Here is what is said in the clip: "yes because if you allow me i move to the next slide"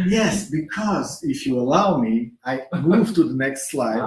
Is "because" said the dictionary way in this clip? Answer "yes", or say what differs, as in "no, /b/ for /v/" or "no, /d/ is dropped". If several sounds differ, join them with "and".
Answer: yes